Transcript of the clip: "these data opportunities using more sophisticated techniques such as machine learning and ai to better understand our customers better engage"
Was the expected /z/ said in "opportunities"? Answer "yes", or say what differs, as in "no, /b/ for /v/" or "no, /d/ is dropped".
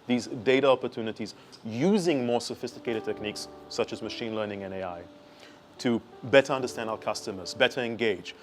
yes